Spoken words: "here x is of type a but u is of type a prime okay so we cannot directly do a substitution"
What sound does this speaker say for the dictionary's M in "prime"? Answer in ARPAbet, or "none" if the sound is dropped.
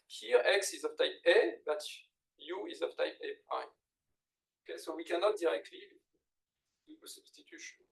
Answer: none